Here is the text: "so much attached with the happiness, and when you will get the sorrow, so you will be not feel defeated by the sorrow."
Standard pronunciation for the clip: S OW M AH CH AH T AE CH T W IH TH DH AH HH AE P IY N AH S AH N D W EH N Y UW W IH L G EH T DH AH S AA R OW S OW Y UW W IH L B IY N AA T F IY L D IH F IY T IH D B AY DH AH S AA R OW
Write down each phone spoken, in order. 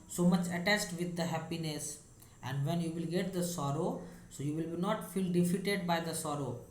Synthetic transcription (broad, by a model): S OW M AH CH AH T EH S T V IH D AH HH AE P IY N AH S AH N D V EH N Y UW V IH L G EH T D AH S AA R OW S OW Y UW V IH L B IY N AA T F IY L D IH F IY T IH D B AY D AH S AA R OW